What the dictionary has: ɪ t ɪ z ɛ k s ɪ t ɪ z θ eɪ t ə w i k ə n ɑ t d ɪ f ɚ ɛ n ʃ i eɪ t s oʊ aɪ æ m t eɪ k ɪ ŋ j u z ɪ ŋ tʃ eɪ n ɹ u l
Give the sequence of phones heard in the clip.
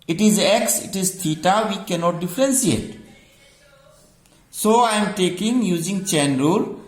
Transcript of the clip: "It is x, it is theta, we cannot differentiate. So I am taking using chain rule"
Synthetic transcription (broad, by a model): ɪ t ɪ z ɛ k s ɪ t ɪ z t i t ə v i k ə n ɑ t d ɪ f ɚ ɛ n s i eɪ t s oʊ aɪ m t eɪ k ɪ ŋ j u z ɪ ŋ tʃ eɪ n ɹ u l